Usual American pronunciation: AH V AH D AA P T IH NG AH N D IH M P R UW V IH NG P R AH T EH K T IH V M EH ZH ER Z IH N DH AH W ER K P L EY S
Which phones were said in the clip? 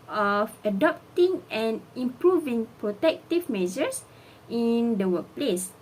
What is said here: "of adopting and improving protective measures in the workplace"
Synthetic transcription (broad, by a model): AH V AH D AA P T IH NG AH N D IH M P R UW V IH NG P R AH T EH K T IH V M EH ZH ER S IH N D AH W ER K P L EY S